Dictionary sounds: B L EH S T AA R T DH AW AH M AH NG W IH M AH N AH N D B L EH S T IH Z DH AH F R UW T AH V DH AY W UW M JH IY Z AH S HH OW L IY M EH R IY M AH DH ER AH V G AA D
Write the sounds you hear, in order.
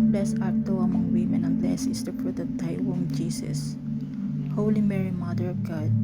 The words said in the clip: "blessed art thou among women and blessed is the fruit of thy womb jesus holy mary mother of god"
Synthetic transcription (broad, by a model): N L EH S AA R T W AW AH M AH NG W IH M AH N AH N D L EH S IH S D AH P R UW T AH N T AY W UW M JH IY S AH S HH OW L IY M EH R IY M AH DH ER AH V G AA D